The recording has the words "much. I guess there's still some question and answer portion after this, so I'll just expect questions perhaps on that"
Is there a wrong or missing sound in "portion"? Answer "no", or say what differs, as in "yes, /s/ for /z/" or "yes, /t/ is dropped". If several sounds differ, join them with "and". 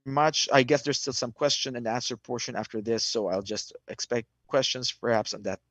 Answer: no